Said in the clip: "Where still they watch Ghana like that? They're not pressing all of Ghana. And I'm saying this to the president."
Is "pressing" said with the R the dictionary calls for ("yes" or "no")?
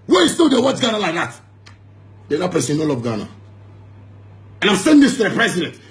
no